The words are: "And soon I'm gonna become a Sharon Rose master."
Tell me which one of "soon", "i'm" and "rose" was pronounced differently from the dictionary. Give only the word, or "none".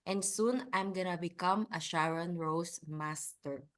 rose